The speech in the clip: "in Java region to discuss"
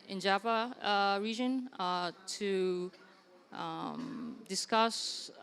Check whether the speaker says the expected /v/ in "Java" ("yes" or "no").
no